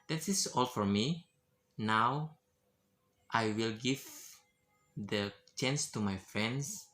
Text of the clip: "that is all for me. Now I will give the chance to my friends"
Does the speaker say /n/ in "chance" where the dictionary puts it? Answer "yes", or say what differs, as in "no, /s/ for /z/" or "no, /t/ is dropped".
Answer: yes